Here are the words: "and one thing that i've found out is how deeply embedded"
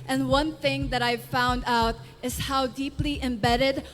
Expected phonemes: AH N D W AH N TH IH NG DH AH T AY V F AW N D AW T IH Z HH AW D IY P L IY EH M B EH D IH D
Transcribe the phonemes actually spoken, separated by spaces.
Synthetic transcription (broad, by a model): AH N W AH N TH IH NG DH AH T AY V F AW N D AW T IH Z HH AW D IY P L IY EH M B EH D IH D